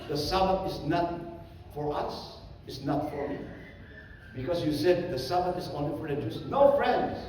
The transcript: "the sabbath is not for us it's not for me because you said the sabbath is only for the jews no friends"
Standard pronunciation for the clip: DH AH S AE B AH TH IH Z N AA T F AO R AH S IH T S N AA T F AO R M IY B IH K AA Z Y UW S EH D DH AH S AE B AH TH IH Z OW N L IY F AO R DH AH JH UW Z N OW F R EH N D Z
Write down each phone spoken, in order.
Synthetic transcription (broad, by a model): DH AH S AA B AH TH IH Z N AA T F AO R AH S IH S N AA T F AO R M IY B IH K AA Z Y UW S EH D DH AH S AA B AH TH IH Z OW N L IY F AO R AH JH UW S N OW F R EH N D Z